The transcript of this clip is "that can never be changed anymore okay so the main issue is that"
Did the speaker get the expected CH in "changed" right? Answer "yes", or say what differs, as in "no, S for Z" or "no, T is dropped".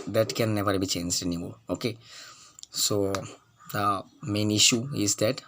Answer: yes